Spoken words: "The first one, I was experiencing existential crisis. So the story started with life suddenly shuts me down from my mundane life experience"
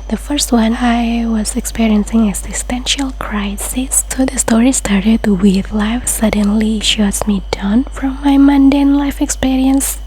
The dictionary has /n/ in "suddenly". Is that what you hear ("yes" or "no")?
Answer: yes